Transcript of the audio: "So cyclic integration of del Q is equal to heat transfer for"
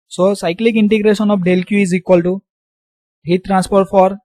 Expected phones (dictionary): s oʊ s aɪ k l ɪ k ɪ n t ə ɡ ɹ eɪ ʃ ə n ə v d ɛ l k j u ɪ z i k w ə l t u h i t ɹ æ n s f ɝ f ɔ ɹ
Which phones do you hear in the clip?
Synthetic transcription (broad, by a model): s oʊ s aɪ k l ɪ k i n t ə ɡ ɹ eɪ s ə n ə p d ɛ l k j u ɪ z i k w ə l t u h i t ɹ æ n s p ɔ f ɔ ɹ